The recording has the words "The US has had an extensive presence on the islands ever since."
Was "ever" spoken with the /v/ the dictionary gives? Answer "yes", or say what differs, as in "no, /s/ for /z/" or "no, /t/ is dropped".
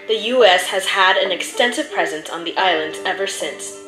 yes